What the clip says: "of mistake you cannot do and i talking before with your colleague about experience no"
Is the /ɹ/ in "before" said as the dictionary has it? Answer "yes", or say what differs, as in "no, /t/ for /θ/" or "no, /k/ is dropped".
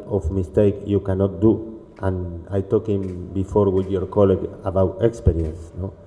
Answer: yes